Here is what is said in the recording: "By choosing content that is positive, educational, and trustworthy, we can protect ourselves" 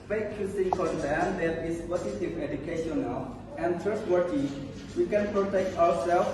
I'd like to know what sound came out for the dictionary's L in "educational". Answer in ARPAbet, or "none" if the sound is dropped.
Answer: L